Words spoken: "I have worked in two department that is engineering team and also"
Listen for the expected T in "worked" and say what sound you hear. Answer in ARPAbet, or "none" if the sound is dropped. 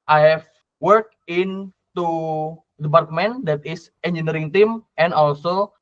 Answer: none